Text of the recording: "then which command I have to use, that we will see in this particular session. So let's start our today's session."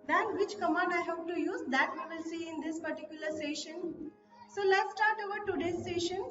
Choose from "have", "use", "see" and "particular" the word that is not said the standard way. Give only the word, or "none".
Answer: have